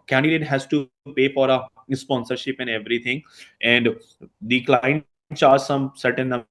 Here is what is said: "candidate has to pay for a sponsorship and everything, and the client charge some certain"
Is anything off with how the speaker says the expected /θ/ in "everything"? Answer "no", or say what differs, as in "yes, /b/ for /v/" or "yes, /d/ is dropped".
yes, /t/ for /θ/